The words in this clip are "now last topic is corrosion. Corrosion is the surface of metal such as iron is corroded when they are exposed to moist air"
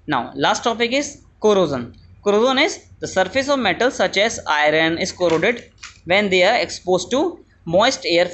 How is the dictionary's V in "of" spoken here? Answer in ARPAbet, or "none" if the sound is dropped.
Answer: V